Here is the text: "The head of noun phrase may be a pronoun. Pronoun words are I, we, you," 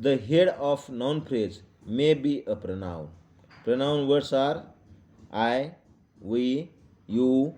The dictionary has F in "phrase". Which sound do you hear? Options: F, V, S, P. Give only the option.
P